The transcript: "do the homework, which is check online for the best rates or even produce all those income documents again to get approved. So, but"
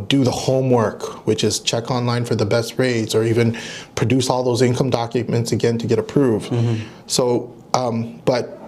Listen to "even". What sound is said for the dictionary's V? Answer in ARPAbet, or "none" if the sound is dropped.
V